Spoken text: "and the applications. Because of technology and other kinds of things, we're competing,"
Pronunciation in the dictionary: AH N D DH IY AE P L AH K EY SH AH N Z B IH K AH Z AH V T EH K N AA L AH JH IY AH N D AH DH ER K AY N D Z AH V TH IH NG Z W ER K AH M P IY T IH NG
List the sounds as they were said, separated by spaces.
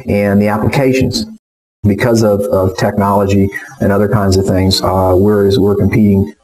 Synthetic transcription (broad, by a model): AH N DH IY AE P L AH K EY SH AH N Z B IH K AH Z AH V T EH K N AA L AH JH IY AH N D AH DH ER K AY N D Z AH V TH IH NG Z W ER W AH M P IY T IH NG